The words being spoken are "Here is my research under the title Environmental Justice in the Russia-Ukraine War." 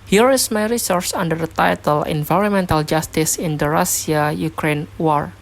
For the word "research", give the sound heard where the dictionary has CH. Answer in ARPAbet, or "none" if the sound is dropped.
S